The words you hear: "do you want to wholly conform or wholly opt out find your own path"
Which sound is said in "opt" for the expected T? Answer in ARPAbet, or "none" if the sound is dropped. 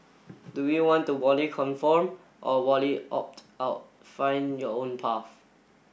T